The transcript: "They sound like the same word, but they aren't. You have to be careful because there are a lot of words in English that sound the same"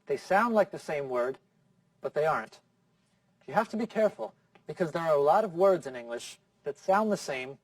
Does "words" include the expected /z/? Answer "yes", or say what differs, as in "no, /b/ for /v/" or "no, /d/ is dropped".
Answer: yes